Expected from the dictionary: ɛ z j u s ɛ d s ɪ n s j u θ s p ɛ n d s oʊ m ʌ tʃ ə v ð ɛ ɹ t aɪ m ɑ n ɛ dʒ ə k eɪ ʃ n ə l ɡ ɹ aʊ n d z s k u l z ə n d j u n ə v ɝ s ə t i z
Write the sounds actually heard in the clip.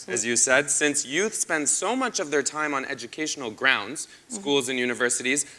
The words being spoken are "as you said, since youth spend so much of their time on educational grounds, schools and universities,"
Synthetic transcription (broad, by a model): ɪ z j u s ɛ d s ɪ n s j u θ s p ɛ n d s oʊ m ʌ tʃ ə v ð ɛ ɹ t aɪ m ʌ n ɛ dʒ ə k eɪ ʃ n l ɡ ɹ aʊ n d z s k u l z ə n j u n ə v ɝ s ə t i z